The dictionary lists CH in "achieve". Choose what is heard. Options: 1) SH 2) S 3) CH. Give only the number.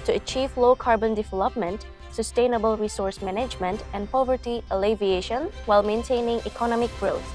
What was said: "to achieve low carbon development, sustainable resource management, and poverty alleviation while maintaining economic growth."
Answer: 3